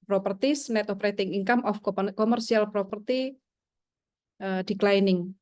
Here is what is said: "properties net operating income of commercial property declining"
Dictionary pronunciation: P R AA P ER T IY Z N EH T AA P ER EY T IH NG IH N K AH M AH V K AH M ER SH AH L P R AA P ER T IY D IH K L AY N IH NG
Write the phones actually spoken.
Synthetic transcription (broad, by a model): P R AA P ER T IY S N EH T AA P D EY T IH NG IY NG K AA M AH F K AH M ER S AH L P R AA P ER T IY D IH K L AY N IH NG